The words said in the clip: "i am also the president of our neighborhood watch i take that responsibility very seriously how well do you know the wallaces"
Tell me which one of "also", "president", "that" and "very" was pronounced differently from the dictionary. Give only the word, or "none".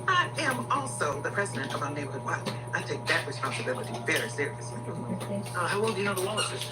none